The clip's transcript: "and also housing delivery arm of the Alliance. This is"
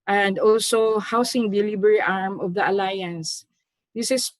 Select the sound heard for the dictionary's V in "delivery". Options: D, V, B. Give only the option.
B